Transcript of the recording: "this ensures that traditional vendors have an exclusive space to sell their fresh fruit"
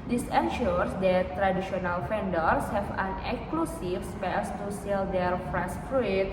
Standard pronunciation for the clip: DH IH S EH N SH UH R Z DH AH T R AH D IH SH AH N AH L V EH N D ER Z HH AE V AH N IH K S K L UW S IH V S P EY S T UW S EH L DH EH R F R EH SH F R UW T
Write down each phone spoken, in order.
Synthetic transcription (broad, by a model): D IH S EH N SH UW R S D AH T R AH D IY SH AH N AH L F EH N D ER S HH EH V AH N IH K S K L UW S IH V S P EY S T UW S EH L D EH R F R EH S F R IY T